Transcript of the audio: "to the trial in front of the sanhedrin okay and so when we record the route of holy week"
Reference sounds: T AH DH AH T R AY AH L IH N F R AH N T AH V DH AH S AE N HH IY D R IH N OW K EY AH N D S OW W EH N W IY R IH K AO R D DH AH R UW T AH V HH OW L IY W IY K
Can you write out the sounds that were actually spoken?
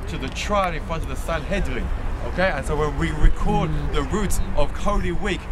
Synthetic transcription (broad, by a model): T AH DH AH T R AY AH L IH N F R AH N T AH V DH AH S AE N HH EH D W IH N OW K EY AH N S OW W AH N W IY R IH K AO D DH AH R UW T AH V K OW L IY W IY K